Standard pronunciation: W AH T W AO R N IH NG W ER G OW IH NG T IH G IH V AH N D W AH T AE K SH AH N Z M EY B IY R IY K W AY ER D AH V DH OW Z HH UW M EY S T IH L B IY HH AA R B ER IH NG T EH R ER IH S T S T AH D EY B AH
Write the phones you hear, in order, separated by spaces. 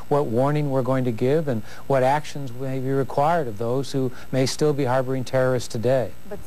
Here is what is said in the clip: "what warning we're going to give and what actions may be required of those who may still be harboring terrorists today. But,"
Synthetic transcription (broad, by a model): W AH T W AO R N IH NG W ER G OW IH NG T IH G IH V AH N W AH T AE K SH AH N Z M EY B IY R IY K W AY ER D AH V DH OW Z HH UW M EY S T IH L B IY HH AA R B ER IH NG T EH R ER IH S S T AH D EY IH